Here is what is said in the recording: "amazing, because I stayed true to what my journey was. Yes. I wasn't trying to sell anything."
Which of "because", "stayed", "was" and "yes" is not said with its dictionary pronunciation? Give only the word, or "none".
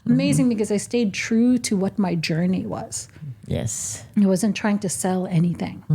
none